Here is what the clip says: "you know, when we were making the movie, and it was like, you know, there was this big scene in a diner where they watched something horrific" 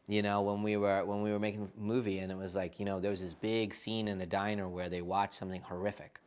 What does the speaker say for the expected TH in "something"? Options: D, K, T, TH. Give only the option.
TH